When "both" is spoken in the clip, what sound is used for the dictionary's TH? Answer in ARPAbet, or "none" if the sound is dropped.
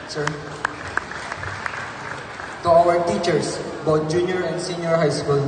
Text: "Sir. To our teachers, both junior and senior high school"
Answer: T